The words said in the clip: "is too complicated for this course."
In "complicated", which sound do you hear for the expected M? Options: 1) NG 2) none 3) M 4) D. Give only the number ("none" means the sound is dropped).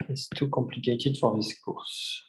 2